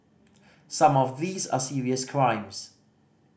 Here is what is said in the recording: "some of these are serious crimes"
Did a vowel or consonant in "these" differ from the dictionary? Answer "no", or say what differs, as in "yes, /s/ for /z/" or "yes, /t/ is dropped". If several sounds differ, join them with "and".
no